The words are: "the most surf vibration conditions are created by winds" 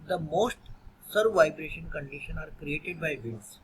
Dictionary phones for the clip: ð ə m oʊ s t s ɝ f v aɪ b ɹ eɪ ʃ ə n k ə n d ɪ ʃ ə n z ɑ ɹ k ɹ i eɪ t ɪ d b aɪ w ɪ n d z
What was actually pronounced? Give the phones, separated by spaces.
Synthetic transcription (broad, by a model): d ə m oʊ s t s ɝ v aɪ b ɹ eɪ ʃ ə n k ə n d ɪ ʃ ə n ɑ ɹ k ɹ i eɪ t ɪ d b aɪ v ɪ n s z